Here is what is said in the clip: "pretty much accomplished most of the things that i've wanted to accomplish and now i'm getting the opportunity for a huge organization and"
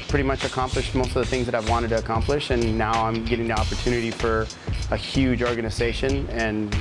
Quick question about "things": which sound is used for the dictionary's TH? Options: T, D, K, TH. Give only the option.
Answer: TH